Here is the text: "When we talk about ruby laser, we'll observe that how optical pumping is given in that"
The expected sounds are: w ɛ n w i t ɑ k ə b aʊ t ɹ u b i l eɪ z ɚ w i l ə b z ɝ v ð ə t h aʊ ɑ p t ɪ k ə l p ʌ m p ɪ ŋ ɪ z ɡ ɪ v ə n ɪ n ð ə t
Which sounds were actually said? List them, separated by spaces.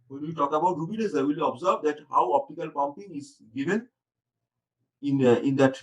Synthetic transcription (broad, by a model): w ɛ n w i t ɑ k ə b aʊ t ɹ u b i n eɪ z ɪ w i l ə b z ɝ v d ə t h aʊ ɑ p t ɪ k ə l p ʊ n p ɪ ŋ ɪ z ɡ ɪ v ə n ɪ n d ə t